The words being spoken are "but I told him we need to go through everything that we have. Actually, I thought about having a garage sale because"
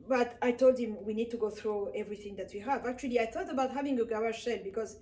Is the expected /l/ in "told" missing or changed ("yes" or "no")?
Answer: no